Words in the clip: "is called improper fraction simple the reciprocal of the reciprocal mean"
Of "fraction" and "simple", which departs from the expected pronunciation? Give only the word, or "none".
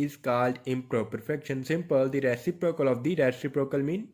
fraction